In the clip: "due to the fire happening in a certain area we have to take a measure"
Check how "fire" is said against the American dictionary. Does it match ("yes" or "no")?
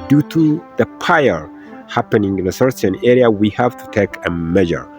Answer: no